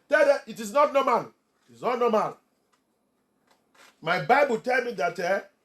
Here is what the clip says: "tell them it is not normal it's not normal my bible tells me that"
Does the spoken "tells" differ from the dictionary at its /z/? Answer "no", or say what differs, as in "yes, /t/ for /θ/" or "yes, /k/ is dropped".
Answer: yes, /z/ is dropped